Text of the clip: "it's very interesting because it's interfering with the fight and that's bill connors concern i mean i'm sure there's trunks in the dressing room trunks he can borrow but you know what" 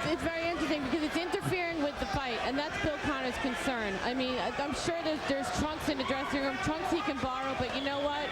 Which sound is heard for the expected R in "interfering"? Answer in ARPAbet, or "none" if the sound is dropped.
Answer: R